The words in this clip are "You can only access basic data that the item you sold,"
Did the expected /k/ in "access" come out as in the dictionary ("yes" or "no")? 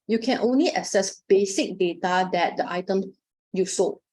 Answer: no